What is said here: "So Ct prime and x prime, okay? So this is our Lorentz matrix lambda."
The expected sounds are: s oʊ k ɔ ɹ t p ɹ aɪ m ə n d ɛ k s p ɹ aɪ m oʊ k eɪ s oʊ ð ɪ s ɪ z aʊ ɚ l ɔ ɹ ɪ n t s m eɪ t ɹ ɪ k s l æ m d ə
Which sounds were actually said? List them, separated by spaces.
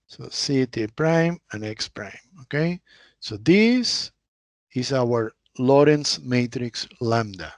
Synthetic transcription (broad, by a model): s oʊ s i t p ɹ aɪ m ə n ɛ k s p ɹ aɪ m oʊ k eɪ s oʊ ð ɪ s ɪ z aʊ ɚ l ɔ ɹ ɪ n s m eɪ t ɹ ɪ k s l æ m d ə